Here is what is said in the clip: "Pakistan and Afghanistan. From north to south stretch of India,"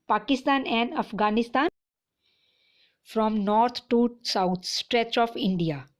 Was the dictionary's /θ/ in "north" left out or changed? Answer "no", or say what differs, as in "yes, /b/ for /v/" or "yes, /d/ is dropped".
yes, /t/ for /θ/